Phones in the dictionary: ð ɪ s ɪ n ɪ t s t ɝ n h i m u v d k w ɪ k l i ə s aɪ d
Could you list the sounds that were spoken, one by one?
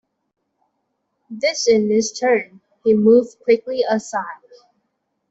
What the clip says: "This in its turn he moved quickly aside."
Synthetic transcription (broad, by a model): ð ɪ s ɪ n ɪ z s t ɝ n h i m u v d k w ɪ k l i ə s aɪ d